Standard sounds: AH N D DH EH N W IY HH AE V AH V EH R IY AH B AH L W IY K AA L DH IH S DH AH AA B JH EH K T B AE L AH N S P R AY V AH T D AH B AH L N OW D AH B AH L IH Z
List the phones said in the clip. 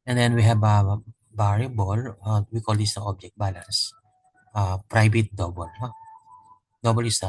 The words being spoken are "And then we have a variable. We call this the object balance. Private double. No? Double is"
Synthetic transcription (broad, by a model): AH N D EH N W IY HH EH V AH B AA R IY B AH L W IY K AA L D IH S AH AA B JH EH K T B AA L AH N S P R AY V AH T D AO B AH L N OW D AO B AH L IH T